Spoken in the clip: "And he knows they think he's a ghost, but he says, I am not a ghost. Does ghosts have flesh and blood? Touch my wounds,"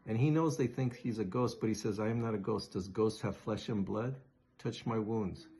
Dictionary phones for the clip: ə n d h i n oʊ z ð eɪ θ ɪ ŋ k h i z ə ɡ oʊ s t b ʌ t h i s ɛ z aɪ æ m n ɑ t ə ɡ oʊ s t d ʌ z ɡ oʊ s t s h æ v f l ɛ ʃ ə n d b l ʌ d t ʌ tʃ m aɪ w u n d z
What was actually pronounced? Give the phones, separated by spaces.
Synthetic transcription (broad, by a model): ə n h i n oʊ z ð eɪ θ ɪ ŋ k h i z ə ɡ oʊ s t b ʌ t h i s ɛ z aɪ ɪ m n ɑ t ə ɡ oʊ s d ʌ z ɡ oʊ s t h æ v f l ɛ ʃ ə n b l ʌ d t ʌ tʃ m aɪ w u n d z